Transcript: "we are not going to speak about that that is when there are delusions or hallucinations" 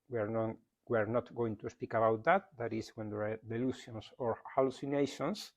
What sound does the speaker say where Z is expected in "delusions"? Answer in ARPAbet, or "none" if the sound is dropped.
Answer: S